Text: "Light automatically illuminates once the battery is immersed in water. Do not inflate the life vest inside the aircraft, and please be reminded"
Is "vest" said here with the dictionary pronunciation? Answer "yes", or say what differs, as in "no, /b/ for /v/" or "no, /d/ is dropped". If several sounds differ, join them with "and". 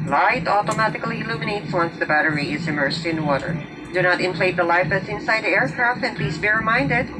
no, /t/ is dropped